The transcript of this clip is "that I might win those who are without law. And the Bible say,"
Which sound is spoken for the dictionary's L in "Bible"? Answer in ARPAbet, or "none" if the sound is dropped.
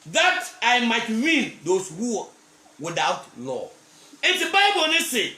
N